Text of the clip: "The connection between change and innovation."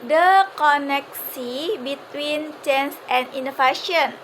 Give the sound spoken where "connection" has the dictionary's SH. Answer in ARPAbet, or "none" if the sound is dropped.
S